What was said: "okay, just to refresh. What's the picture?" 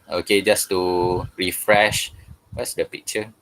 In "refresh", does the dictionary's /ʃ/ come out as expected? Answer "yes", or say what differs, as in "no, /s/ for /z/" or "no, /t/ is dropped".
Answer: yes